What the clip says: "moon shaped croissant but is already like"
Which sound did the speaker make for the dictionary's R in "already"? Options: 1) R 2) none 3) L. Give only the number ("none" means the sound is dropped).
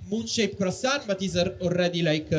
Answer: 3